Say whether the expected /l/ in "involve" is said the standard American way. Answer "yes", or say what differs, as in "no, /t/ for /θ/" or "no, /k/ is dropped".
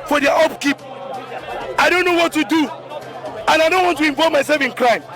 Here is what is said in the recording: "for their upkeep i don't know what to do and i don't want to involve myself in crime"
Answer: no, /l/ is dropped